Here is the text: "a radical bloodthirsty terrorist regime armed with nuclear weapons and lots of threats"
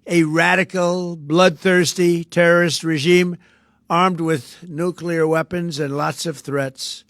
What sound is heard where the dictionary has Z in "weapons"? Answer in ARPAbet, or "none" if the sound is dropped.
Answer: Z